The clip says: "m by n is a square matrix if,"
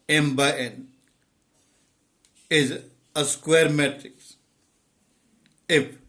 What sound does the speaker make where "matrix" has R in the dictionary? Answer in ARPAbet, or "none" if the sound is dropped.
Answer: R